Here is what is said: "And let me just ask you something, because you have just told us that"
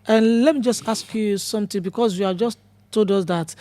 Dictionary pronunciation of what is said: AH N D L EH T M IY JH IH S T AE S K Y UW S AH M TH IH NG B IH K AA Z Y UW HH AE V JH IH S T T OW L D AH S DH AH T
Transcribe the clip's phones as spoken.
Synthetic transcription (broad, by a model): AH N L EH T M IY JH IH S T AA S K Y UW S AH M T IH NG B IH K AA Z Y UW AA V JH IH S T T OW L D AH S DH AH T